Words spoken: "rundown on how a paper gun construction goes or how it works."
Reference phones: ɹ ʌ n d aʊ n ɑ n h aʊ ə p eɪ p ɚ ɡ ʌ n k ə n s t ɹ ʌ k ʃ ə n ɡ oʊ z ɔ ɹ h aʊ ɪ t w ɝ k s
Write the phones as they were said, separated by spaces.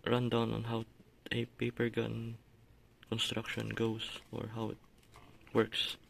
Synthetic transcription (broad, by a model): ɹ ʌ n d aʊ n ɑ n h aʊ ə p eɪ p ɚ ɡ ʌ n k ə n s t ɹ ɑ k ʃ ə n ɡ oʊ s ɔ ɹ h aʊ ɪ t w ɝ k s